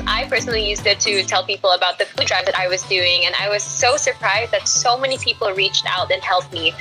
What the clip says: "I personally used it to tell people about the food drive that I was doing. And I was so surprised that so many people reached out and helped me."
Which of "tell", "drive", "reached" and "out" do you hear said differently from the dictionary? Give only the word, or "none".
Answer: none